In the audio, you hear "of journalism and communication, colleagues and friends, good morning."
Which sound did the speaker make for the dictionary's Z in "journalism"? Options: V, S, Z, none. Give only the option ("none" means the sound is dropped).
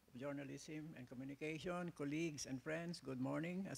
S